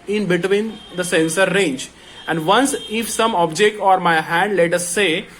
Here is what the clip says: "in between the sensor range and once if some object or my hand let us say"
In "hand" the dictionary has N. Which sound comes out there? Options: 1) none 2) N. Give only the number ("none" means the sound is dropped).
2